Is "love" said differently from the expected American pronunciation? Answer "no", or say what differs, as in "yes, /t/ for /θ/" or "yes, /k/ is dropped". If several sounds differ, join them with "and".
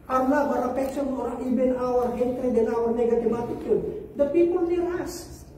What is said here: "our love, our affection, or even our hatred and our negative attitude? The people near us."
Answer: yes, /n/ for /l/